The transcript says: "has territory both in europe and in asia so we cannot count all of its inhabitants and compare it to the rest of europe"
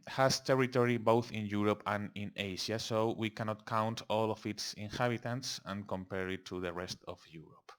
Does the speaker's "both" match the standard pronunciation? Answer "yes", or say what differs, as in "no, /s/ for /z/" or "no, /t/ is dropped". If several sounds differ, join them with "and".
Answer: yes